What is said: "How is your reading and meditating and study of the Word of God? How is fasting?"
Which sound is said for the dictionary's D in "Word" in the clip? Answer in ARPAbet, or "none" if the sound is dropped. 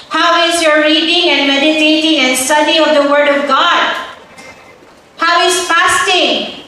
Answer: D